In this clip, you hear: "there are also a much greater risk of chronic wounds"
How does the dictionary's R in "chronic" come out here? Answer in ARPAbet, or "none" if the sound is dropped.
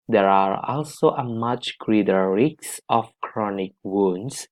R